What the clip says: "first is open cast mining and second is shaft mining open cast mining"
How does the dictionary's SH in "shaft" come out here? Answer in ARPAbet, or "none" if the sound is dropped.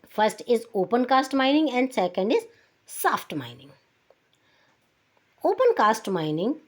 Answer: S